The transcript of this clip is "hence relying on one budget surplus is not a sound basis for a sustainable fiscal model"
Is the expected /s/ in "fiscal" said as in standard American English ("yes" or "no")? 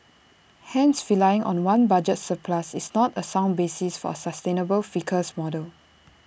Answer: no